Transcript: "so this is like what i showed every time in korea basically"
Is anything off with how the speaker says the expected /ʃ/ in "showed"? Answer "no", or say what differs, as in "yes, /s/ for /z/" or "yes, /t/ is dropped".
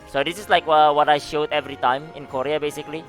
no